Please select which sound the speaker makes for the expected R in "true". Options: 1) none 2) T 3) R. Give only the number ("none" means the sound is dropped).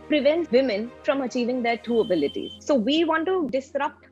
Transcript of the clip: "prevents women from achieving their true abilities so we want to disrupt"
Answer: 1